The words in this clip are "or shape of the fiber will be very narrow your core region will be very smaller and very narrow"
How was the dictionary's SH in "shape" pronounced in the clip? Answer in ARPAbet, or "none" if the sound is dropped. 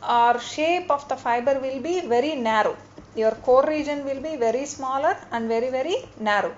SH